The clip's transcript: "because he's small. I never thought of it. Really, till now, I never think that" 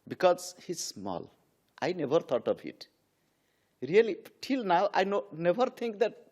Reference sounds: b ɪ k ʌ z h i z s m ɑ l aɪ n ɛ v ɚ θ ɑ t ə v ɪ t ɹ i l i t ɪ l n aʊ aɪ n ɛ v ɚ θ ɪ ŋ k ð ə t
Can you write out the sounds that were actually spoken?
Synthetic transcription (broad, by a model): b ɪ k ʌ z h i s m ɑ l aɪ n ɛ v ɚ t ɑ t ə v ɪ t ɹ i l i t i l n aʊ aɪ n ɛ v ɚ t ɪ ŋ k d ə t